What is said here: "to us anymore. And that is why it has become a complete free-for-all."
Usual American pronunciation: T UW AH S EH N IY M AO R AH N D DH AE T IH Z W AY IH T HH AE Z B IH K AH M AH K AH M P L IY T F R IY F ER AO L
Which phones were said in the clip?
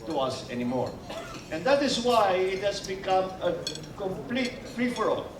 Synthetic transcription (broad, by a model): T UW AH S EH N IY M AO R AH N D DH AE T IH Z W AY IH T HH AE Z B IH K AH M AH K AH M P L IY T P R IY F ER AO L